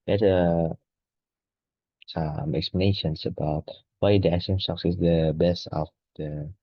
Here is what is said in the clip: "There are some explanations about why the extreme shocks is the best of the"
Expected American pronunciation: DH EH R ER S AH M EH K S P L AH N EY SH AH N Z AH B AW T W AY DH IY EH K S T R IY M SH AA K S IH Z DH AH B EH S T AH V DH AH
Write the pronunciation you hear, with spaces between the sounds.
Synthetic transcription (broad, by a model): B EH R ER S AH M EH K S P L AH N EY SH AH N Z AH B AW T W AY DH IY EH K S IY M S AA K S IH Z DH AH B EH S T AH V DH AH